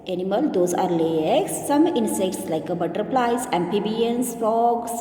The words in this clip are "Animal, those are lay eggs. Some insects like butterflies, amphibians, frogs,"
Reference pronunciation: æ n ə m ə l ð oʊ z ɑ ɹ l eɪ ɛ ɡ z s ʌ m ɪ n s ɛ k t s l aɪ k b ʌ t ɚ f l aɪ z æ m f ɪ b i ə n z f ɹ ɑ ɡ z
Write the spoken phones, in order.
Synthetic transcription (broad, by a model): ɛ n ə m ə l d oʊ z ɑ ɹ l eɪ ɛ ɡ s ʌ m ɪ n s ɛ k t s l aɪ k b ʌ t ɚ p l aɪ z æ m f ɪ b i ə n s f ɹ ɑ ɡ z